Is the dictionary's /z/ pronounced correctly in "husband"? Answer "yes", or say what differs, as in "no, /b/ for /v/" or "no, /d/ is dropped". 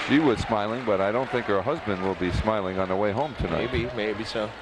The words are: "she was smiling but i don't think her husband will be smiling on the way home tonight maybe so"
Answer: yes